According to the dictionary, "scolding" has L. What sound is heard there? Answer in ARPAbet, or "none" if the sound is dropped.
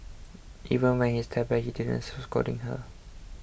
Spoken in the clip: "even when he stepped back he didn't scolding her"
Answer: none